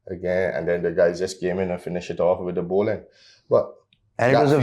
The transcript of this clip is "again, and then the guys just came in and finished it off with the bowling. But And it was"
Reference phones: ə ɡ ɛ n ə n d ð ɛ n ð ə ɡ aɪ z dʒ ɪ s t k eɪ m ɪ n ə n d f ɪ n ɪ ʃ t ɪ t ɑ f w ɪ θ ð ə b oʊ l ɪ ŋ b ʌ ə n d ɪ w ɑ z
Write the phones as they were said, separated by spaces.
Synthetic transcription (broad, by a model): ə ɡ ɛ n ə n d ɛ n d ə ɡ aɪ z dʒ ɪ s k eɪ m ɪ n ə n f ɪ n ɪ ʃ ɪ t ɑ f w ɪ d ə b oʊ l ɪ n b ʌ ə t ɪ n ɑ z